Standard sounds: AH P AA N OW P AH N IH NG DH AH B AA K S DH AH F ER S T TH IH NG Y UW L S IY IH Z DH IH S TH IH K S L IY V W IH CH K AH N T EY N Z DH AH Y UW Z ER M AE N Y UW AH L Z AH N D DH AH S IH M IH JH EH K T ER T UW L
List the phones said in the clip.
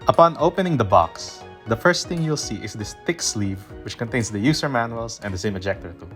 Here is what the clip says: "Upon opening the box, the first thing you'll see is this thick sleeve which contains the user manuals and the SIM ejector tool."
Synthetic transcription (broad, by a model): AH P AA N OW P AH N IH NG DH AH B AA K S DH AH F ER S T TH IH NG Y UW L S IY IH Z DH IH S T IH K S L IY V W IH CH K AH N T EY N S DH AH Y UW S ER M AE N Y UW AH L S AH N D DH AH S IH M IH JH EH K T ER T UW